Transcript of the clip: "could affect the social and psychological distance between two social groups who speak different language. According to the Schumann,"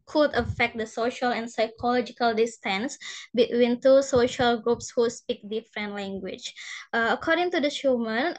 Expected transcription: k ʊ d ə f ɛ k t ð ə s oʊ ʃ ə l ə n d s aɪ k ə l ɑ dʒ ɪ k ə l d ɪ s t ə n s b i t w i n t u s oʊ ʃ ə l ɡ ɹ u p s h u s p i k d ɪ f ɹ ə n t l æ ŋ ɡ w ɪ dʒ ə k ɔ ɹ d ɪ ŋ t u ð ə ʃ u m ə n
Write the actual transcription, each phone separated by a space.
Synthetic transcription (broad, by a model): k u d ə f ɛ k t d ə s oʊ ʃ ə l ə n s aɪ k ə l ɑ dʒ ɪ k ə l d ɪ s t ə n s b i t w i n t u s oʊ ʃ ə l ɡ ɹ u p s h u s p i k d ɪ f ɹ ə n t l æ ŋ ɡ w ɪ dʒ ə k ɔ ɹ d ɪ ŋ t u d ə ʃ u m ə n